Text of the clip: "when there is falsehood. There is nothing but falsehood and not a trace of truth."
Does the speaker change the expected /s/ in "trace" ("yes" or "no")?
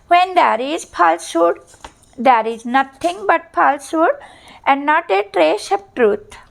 yes